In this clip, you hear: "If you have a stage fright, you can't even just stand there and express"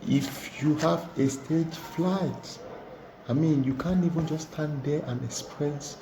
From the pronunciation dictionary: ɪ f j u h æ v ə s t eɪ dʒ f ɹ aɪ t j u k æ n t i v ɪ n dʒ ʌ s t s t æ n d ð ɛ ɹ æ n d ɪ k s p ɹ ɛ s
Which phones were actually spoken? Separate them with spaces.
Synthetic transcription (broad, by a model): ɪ f j u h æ v ə s t eɪ dʒ f l aɪ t j u k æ n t i v ɪ n dʒ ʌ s s t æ n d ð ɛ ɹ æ n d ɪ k s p ɹ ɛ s